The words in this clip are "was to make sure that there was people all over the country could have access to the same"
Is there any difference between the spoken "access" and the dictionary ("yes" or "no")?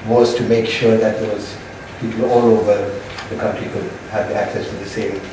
no